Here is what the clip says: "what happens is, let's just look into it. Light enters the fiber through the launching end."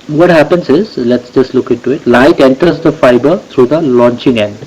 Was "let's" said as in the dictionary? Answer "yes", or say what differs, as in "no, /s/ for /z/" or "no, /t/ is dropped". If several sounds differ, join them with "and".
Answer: yes